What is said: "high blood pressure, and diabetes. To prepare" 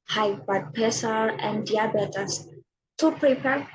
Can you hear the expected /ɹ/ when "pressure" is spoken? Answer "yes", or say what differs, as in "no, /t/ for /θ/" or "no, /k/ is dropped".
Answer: no, /ɹ/ is dropped